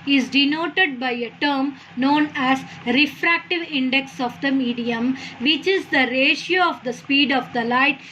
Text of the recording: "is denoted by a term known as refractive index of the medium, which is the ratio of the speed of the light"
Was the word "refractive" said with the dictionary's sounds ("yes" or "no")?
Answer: yes